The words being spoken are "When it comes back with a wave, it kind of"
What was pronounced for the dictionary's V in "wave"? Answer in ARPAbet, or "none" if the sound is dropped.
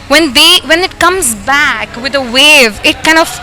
V